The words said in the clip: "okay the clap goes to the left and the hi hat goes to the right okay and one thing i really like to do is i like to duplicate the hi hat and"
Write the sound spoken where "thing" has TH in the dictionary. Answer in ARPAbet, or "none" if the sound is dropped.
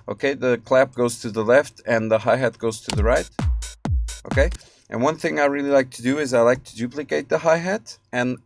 TH